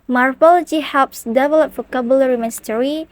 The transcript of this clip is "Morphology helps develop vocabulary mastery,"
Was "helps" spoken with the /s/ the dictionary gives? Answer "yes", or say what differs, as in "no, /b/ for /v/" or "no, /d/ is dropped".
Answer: yes